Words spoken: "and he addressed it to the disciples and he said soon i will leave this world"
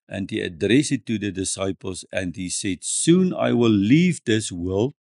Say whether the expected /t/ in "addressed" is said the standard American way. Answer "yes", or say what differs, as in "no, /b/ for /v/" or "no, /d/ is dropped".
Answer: no, /t/ is dropped